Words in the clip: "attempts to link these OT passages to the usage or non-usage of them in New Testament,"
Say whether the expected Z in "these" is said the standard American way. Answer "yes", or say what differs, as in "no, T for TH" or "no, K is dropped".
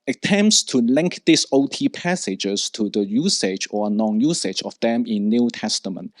no, S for Z